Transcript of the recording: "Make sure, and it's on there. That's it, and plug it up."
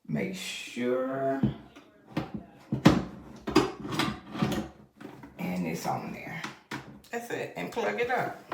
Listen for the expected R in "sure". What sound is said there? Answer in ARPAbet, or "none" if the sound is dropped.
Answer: R